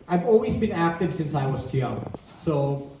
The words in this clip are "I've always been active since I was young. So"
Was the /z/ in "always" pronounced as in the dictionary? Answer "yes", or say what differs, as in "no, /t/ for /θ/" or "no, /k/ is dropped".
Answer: yes